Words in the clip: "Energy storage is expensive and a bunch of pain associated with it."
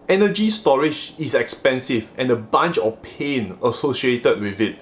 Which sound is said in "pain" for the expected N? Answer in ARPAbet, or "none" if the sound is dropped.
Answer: N